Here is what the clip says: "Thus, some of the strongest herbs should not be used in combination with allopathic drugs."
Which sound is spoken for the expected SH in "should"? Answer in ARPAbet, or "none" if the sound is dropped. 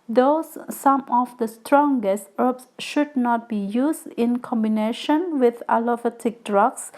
SH